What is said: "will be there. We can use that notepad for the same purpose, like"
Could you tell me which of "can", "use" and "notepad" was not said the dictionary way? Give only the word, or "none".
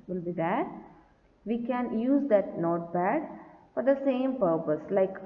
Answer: notepad